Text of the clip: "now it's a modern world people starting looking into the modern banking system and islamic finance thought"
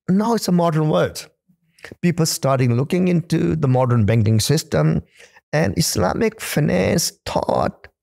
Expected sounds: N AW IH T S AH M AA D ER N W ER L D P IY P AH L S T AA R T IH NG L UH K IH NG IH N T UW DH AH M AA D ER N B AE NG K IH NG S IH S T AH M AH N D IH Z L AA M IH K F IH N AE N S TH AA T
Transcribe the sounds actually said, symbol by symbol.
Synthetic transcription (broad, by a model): N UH IH T S AH M AA D ER N W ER D P IY P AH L S T AA R T IH NG L UH K IH NG IH N T UW DH AH M AA D ER N B AE NG K IH NG S IH S T AH M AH N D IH S L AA M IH K F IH N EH S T AA T